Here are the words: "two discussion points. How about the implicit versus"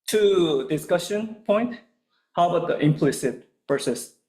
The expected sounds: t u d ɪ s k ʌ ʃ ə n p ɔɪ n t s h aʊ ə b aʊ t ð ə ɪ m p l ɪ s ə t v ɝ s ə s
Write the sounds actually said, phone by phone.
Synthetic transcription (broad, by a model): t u d ɪ s k ʌ ʃ ə n p ɔɪ n t h aʊ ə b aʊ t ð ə ɪ m p l ɪ s ə t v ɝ s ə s